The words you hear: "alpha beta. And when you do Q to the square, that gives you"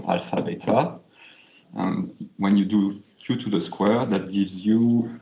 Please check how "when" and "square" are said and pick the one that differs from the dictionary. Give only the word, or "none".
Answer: none